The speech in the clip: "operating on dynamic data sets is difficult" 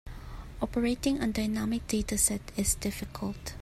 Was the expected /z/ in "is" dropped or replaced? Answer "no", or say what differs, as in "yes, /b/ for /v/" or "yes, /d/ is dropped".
yes, /s/ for /z/